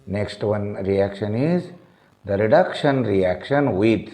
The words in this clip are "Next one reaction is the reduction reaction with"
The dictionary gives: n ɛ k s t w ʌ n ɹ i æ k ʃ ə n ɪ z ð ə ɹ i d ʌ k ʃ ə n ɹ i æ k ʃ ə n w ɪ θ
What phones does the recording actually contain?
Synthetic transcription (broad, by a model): n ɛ k s t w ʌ n ɹ i æ k ʃ ə n ɪ z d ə ɹ i d ʌ k ʃ ə n ɹ i æ k ʃ ə n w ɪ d